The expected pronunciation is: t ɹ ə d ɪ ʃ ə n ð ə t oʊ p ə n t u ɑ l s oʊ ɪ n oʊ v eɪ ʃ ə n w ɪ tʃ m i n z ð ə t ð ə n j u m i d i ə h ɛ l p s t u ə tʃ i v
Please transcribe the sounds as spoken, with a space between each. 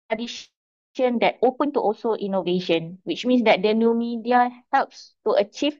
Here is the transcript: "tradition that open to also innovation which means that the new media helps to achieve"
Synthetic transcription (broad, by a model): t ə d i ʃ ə n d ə t oʊ p ə n t u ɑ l s oʊ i n oʊ v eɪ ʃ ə n w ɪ tʃ m i n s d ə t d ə n j u m i d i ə h ɛ l p s t u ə tʃ i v